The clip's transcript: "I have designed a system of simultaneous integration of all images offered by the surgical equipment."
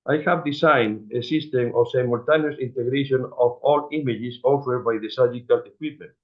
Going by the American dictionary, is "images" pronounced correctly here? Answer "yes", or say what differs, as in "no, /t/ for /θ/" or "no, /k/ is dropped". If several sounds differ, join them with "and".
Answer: no, /s/ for /z/